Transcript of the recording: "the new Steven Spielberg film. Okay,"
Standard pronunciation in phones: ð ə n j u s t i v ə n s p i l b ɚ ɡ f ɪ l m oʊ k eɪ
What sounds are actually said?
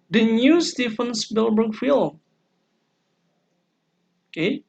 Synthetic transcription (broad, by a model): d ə n j u s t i f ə n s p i l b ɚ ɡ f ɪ l oʊ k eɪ